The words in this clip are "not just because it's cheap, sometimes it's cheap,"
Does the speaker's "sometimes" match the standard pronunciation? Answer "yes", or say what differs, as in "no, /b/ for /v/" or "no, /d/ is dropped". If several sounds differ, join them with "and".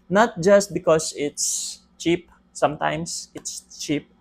no, /s/ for /z/